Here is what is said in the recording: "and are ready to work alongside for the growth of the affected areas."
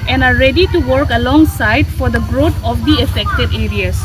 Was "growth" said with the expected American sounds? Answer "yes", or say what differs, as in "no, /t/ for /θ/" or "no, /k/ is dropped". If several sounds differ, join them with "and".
no, /t/ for /θ/